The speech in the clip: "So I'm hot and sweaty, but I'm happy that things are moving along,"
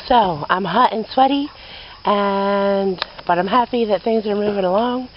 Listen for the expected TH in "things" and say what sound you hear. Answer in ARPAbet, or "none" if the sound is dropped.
TH